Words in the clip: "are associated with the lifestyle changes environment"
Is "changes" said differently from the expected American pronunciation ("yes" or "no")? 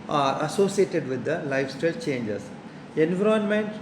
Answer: yes